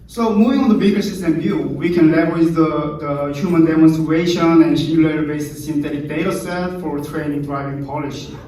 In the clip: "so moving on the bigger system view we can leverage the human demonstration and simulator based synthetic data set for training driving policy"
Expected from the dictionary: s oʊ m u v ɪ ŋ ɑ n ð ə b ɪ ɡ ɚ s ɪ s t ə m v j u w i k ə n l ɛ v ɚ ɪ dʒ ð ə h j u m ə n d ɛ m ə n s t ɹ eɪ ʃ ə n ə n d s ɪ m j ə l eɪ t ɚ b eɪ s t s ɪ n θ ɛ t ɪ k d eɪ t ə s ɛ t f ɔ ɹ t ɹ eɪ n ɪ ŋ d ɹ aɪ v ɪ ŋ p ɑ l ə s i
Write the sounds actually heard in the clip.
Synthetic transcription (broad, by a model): s oʊ m u v ɪ ŋ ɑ n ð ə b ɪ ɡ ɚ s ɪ s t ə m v j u w i k ə n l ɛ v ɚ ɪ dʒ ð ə h j u m ə n d ɛ m ə n s t ɹ eɪ ʃ ə n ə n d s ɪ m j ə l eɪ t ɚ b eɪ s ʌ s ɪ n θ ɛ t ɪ k d eɪ t ə s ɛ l f ɔ ɹ t ɹ eɪ n ɪ ŋ d ɹ aɪ v ɪ ŋ p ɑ l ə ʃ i